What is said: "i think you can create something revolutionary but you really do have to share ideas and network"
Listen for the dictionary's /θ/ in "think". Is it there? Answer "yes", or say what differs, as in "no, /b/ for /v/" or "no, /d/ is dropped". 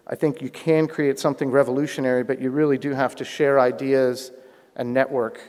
yes